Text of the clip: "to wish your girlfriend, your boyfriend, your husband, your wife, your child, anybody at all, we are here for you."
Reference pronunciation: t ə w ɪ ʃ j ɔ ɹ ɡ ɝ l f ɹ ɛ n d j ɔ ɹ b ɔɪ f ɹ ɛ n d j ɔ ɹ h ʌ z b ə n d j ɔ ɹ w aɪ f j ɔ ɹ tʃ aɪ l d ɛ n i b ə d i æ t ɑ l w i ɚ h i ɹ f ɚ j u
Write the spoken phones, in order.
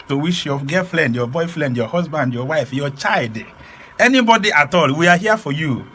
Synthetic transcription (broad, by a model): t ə w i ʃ j ɔ ɡ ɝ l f l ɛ n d j ɔ b ɔɪ f l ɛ n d j ɔ h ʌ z b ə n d j ɔ w aɪ f j ɔ tʃ aɪ l d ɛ n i b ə d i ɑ t ɑ l w i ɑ h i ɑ f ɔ j u